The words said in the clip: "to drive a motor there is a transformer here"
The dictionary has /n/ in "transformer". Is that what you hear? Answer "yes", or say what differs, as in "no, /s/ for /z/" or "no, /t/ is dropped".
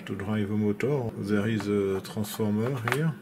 no, /n/ is dropped